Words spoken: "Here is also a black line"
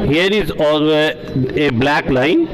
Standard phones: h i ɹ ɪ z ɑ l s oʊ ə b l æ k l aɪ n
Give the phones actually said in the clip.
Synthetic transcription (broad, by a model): h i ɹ ɪ z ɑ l oʊ ə b l æ k l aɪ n